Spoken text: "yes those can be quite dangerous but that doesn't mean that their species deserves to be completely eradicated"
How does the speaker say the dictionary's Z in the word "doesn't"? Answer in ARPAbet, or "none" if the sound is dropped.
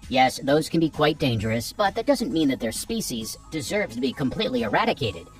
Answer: Z